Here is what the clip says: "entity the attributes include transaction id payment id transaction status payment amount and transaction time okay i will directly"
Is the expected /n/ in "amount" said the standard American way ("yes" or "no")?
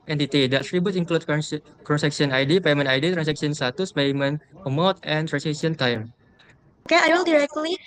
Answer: no